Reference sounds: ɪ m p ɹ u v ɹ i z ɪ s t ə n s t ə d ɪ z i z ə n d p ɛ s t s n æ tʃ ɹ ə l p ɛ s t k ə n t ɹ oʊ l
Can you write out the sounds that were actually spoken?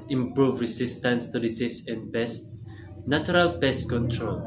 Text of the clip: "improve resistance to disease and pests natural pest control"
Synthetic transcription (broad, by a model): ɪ m p ɹ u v ɹ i s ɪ s t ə n s t ə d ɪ s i s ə n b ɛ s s n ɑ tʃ ɹ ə l b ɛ s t k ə n t ɹ oʊ l